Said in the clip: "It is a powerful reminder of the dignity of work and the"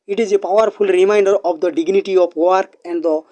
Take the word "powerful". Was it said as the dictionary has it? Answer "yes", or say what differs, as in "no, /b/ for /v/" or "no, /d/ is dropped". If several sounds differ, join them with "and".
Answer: no, /p/ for /f/